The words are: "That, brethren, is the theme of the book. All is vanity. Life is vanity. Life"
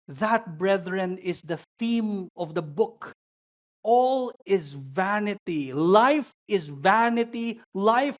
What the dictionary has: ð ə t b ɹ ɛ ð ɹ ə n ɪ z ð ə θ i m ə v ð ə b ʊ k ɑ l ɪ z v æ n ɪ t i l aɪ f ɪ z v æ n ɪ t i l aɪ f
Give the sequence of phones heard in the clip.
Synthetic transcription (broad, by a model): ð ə t b ɹ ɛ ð ɹ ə n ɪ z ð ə θ i m ə v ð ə b ʊ k ɑ l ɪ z v æ n ɪ t i l aɪ f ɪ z v æ n ɪ t i l aɪ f